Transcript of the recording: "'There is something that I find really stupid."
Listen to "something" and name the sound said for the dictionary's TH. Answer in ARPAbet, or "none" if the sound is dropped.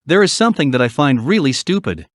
TH